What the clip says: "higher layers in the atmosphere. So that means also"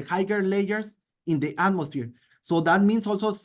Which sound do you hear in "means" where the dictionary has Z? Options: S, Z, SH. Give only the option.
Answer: S